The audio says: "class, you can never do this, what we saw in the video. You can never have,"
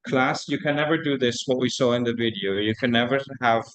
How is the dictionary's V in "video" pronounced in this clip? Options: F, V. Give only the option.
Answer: V